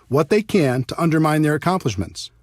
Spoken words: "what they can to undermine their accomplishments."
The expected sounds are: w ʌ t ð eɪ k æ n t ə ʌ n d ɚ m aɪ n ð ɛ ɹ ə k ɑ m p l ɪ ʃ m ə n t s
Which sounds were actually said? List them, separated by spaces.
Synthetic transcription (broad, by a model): w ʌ t ð eɪ k æ n t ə ʌ n d ɚ m aɪ n ð ɛ ɹ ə k ɑ m p l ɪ ʃ m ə n t s